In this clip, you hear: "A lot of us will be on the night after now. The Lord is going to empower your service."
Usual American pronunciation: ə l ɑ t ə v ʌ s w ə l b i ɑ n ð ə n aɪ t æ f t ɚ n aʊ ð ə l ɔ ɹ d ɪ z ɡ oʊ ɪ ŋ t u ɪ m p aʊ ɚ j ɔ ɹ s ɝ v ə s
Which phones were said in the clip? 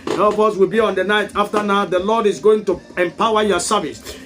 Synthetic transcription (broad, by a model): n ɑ ə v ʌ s w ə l b i ɑ n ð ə n aɪ t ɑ f t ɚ n aʊ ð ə l ɔ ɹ d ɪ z ɡ oʊ ɪ ŋ t u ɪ m p aʊ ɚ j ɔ s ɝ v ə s